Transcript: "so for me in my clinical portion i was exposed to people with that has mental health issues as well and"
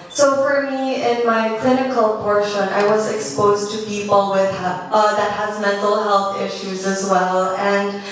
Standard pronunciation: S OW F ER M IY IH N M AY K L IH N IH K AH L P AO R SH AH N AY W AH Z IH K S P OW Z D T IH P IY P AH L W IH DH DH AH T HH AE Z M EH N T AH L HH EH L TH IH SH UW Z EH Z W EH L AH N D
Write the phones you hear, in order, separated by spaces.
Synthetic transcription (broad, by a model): S OW F ER M IY IH N M AY K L IH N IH K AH L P AO R SH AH N AY W AH Z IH K S P OW Z T IH P IY P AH L W IH DH DH AH T HH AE Z M EH N T L HH EH L TH IH SH UW Z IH Z W EH L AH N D